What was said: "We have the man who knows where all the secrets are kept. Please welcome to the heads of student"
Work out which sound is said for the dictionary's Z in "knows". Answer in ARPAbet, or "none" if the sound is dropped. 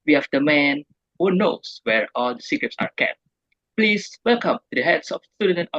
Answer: S